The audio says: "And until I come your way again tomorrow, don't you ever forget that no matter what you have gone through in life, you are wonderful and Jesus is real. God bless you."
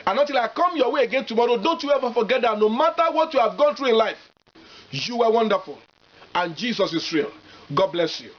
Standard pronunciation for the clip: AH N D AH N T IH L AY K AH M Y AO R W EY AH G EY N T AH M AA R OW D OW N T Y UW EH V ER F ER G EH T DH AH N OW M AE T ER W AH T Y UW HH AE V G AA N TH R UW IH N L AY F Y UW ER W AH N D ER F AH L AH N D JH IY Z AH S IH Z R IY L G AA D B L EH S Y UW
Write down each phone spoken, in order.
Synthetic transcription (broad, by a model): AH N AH T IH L AY K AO M Y AO W EY AH G EY N T AH M AA R OW D OW N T Y UW EH V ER F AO G EH T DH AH N OW M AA T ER W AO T Y UW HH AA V G AA N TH R UW IH N L AY F Y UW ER W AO N D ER F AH L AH N JH IY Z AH S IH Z R IY L G AA D B L EH S Y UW